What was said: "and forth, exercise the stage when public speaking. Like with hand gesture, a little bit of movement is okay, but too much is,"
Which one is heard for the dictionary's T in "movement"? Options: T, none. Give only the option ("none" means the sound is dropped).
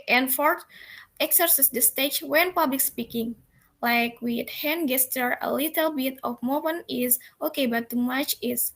none